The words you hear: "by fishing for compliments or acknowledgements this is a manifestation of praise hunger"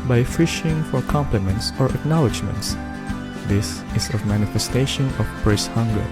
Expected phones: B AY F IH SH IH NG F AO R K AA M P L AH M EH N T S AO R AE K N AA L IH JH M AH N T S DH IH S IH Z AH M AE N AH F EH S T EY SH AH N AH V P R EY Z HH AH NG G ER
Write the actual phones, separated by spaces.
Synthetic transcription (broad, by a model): B AY F IH SH IH NG F AO R K AA M P L AH M EH N T S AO R AE K N AA L IH JH M AH N T S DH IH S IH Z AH M AE N AH F EH S T EY SH AH N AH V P R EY S HH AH NG G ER